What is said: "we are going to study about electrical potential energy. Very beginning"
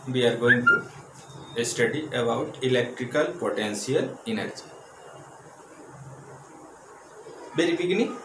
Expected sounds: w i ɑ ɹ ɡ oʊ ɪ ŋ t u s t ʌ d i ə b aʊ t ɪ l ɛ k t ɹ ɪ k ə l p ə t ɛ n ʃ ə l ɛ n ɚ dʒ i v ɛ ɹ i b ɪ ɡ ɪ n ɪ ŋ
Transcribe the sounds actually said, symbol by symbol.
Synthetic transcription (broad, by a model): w i ɑ ɹ ɡ oʊ ɪ ŋ t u s t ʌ d i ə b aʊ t ɪ l ɛ k t ɹ ɪ k ə l p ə t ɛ n s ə l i n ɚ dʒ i b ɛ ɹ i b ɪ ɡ n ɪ